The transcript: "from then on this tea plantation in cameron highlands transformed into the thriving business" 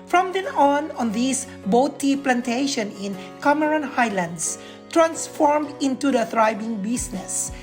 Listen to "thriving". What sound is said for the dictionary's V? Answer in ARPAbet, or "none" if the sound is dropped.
B